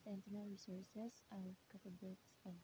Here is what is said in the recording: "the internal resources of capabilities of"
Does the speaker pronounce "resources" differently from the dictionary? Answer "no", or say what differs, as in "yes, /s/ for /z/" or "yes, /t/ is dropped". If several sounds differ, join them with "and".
yes, /s/ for /z/